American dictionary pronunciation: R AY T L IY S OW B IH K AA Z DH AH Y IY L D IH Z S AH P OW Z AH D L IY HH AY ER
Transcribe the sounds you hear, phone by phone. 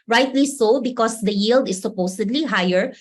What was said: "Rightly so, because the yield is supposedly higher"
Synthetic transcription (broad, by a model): R AY T L IY S OW B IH K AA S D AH Y IY L D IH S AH P OW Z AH D L IY HH AY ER